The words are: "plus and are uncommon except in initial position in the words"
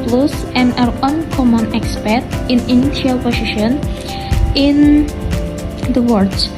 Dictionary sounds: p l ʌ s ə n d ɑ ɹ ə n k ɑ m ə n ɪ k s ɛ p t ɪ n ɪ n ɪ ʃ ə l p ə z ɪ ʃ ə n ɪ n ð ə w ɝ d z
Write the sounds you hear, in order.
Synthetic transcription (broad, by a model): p l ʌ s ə n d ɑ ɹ ə n k ɑ m ə n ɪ k s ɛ t ɪ n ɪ n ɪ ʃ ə l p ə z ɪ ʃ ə n ɪ n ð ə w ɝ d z